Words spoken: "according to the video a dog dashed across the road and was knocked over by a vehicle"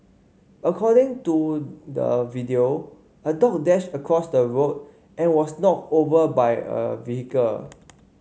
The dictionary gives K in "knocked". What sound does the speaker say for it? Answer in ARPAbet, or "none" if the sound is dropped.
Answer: none